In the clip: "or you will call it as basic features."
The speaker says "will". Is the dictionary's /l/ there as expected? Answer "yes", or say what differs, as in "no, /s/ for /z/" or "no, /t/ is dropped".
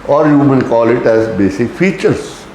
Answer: no, /n/ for /l/